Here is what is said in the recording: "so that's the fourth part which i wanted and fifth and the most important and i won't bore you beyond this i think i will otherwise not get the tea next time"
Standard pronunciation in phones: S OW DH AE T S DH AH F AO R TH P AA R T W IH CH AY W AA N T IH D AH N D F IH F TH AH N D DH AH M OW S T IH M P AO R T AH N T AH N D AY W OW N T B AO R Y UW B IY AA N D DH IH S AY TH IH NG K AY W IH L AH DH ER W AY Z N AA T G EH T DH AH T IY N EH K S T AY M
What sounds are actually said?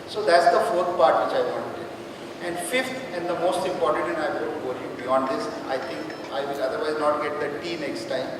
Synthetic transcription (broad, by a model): S OW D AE T S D AH F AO R T P AA R T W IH CH AY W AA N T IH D AH N D F IH F T AH N D AH M OW S T IH M P AO R T AH N T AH N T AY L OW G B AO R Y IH B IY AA N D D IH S AY T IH NG K AY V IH L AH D ER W AY Z N AA T G EH T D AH T IY N EH K S T AY M